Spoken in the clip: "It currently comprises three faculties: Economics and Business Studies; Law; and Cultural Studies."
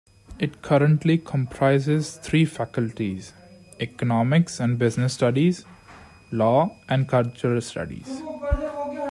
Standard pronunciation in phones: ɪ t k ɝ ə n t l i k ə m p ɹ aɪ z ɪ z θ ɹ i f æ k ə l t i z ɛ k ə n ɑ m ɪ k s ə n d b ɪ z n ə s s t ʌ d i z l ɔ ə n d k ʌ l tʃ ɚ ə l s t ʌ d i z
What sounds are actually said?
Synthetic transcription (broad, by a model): ɪ t k ɝ ə n t l i k ə m p ɹ aɪ z ɪ z t ɹ i f æ k ə l t i z ɛ k ə n ɑ m ɪ k s ə n d b ɪ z n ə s s t ʌ d i z l ɔ ə n d k ʌ l tʃ ɚ ə l s t ʌ d i z